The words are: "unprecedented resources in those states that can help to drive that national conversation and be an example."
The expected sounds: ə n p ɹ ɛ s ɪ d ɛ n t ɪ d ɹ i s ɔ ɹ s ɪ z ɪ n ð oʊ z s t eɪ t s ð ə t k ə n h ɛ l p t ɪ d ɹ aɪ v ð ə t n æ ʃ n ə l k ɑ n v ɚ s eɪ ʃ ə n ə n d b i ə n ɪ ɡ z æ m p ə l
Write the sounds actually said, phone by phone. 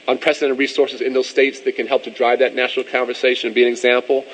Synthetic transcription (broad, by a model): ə n p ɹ ɛ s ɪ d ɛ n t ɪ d ɹ i s ɔ ɹ s ɪ z ɪ n ð oʊ z s t eɪ t s ð ə t k ə n h ɛ l p t ɪ d ɹ aɪ v ð ə t n æ ʃ n l k ɑ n v ɚ s eɪ ə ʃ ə n b i ə n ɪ ɡ z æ m p l